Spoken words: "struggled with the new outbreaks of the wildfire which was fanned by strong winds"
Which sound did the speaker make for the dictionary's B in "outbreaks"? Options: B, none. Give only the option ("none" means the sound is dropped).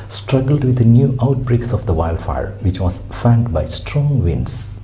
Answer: B